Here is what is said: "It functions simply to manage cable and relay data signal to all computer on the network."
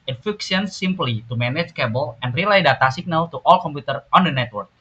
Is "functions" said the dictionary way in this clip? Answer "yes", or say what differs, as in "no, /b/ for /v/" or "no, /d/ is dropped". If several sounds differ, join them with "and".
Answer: no, /ŋ/ is dropped